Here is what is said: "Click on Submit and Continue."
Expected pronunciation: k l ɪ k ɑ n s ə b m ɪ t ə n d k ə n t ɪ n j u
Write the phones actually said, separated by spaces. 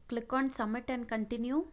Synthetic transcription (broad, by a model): k l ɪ k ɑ n s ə m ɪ t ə n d k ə n t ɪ n j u